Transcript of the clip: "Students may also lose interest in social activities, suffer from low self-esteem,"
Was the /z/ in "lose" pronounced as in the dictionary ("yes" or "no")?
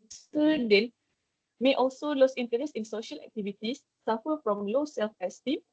no